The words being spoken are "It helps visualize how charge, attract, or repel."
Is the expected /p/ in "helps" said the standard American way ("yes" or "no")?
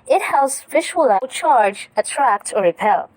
no